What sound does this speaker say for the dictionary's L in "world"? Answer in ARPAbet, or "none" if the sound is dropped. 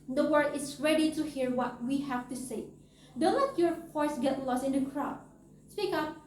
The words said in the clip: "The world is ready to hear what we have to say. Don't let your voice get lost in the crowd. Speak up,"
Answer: none